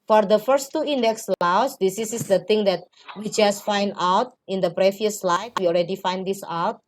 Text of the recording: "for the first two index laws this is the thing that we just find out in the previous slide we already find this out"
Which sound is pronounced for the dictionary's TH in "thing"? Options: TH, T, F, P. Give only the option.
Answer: T